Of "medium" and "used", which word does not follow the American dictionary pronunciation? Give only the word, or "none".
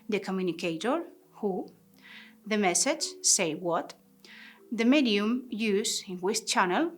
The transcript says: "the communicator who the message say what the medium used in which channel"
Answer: used